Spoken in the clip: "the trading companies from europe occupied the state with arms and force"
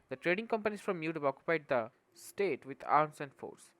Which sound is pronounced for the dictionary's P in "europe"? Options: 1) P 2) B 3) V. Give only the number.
2